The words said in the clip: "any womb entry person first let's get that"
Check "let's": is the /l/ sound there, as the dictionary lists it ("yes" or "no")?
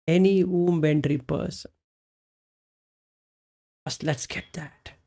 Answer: yes